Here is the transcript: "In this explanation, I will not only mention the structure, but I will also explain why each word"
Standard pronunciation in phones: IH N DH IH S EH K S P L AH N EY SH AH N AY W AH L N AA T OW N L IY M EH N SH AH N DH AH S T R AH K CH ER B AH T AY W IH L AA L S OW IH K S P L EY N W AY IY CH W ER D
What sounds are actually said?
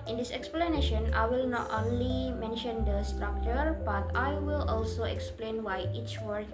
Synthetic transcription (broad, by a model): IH N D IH S EH K S P L AH N EY SH AH N AY W AH L N AA T OW N L IY M EH N SH AH N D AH S T R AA K CH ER B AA T AY W IH L AA L S OW IH K S P L EY N W AY IY CH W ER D